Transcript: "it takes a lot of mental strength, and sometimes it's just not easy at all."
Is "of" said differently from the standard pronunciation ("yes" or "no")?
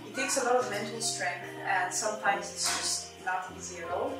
no